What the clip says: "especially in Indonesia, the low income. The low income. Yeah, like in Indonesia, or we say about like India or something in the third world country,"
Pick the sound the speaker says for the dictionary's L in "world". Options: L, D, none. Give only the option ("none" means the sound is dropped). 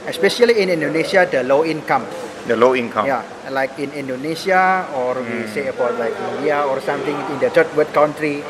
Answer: none